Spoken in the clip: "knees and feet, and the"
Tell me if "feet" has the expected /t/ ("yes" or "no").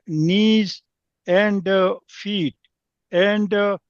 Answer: yes